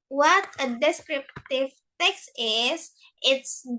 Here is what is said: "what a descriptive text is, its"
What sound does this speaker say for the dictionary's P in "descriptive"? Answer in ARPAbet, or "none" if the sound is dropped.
P